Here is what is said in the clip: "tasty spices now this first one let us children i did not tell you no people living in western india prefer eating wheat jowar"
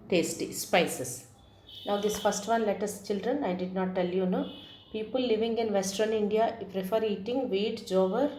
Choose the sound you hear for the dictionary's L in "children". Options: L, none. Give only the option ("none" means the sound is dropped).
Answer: L